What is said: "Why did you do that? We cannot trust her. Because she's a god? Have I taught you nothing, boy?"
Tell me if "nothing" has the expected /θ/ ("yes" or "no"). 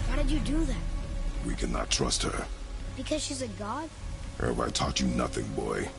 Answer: yes